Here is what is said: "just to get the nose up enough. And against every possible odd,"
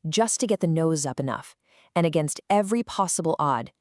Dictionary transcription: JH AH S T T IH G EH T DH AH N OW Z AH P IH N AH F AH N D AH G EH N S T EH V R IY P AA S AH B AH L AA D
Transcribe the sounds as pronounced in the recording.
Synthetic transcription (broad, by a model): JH AH S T T IH G EH T DH AH N OW Z AH P IH N AH F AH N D AH G EH N S T EH V R IY P AA S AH B L AA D